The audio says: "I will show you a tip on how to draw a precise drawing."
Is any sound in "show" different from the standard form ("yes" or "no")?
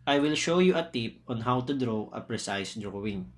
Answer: no